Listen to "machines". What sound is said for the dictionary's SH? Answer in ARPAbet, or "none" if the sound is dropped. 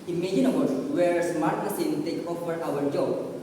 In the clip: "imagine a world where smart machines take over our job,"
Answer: S